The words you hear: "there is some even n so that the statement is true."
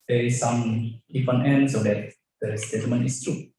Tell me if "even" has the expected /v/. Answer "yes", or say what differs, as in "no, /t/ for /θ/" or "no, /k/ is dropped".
no, /f/ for /v/